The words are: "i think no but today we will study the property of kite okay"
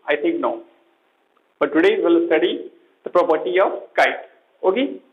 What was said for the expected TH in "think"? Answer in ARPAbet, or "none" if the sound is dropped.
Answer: T